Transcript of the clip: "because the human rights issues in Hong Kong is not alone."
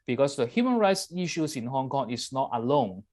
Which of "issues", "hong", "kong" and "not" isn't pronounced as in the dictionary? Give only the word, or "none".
issues